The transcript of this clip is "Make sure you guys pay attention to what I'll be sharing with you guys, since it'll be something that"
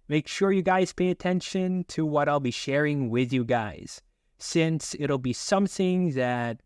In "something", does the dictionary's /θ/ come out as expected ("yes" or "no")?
yes